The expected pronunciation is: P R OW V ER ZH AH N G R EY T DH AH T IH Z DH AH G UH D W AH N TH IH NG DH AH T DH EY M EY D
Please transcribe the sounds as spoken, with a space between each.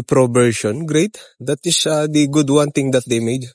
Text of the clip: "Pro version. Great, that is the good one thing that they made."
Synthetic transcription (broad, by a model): P R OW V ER SH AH N G R EY T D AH T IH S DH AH G UH D W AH N T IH NG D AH T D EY M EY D